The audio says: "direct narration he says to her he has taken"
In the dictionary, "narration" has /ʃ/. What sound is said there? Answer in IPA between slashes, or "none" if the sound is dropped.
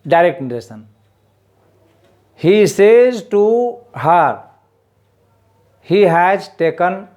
/s/